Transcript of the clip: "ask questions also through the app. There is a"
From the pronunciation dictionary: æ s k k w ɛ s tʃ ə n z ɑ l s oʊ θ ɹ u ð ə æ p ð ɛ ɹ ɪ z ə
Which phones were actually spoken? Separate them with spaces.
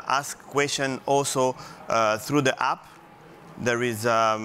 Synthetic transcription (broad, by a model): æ s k k w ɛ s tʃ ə n ɑ l s oʊ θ ɹ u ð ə æ p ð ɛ ɹ ɪ z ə